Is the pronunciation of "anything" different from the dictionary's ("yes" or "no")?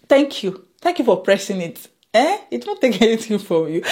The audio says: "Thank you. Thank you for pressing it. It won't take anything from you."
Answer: yes